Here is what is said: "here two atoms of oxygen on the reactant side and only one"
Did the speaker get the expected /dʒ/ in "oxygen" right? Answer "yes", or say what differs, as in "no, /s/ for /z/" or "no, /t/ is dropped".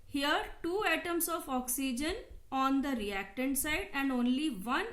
yes